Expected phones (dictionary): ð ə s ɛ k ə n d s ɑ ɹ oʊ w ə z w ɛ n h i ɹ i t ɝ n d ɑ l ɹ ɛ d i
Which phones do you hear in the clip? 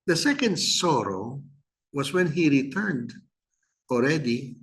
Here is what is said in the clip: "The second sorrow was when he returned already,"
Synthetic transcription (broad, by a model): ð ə s ɛ k ə n d s ɑ ɹ oʊ w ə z w ɛ n h i ɹ i t ɝ n d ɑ l ɹ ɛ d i